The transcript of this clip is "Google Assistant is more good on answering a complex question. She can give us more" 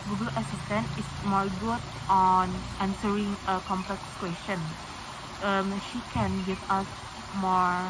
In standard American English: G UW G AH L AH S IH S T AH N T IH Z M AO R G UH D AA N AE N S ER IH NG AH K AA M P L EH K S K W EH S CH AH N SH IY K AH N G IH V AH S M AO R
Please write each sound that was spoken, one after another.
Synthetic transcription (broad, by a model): G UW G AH L AH S IH S T AH N T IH S M AO R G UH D AA N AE N S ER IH NG AH K AA M P L EH K S K W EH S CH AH N SH IY K AH N G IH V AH S M AO R